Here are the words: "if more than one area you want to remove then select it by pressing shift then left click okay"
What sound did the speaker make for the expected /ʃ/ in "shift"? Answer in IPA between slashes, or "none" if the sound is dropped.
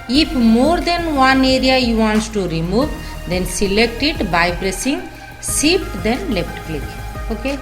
/s/